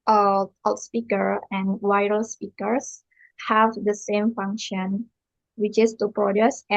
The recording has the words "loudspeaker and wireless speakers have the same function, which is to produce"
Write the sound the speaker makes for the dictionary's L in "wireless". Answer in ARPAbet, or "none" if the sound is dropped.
none